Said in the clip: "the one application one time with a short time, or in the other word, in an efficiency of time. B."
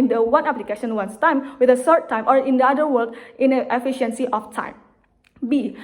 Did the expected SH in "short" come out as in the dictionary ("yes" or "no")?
no